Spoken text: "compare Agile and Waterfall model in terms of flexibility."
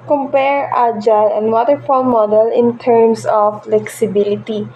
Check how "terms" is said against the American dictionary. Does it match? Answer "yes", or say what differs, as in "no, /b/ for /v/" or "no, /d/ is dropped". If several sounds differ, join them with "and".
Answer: no, /s/ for /z/